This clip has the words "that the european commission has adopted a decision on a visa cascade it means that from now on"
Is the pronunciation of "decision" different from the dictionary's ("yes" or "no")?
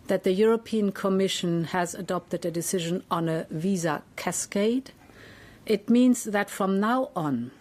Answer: no